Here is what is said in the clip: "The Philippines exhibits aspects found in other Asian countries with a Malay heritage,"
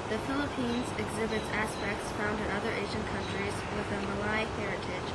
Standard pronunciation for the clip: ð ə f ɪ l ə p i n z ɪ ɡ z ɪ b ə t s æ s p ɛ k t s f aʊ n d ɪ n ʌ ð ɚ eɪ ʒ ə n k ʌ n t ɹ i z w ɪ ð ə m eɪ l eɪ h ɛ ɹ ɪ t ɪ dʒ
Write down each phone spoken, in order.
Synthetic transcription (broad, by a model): ð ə f ɪ l ə p i n z ɪ ɡ z ɪ b ə t s æ s p ɛ k t s f aʊ n d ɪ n ʌ ð ɚ eɪ ʒ ə n k ʌ n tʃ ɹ i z w ɪ ð ə m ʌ l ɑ h ɛ ɹ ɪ t ɪ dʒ